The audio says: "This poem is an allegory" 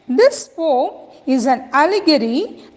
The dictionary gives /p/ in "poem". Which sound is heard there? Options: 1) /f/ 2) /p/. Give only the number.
1